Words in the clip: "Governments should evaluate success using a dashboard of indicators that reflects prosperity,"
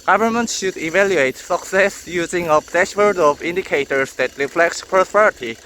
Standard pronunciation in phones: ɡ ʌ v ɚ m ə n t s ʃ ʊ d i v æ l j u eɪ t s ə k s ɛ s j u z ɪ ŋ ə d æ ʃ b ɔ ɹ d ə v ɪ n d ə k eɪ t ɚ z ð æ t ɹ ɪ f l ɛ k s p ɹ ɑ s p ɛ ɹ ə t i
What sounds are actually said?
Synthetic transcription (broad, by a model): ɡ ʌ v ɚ m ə n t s ʃ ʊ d i v æ l j u eɪ t s ə k s ɛ s j u z ɪ ŋ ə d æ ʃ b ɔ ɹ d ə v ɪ n d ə k eɪ t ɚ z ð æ t ɹ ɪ f l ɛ k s p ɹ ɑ s p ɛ ɹ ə t i